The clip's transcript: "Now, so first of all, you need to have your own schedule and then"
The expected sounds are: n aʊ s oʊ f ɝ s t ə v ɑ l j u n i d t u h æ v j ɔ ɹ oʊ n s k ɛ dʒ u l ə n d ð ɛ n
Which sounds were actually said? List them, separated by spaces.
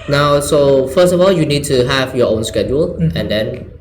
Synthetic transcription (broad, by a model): n aʊ s oʊ f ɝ s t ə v ɑ l j u n i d t u h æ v j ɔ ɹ oʊ n s k ɛ dʒ u l ə n d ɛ n